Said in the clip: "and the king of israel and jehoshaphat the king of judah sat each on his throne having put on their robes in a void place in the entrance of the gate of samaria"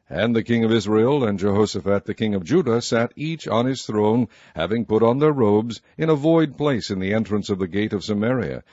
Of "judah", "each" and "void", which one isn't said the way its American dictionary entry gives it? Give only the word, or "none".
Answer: none